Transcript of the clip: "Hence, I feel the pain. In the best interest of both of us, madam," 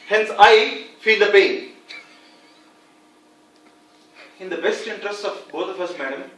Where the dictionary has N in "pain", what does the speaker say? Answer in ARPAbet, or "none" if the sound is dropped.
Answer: none